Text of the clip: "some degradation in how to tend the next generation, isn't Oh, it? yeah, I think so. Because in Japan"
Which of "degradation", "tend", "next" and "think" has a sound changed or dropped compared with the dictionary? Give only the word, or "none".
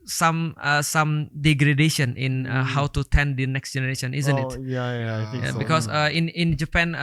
think